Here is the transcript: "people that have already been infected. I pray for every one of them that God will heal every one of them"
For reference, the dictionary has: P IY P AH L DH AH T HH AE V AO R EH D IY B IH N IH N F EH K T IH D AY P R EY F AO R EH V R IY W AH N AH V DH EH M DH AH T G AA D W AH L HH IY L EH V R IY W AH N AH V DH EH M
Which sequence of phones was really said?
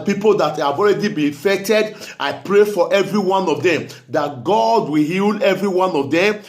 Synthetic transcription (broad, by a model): P IY P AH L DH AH T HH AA V AO R EH D IY B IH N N F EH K T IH D AY P R EY F AO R EH V R IY W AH N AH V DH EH M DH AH T G AA D W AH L HH IY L EH V R IY W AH N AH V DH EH M